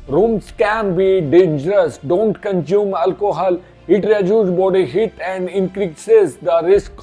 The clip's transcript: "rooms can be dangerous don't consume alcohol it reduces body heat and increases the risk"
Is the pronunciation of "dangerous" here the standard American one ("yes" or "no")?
yes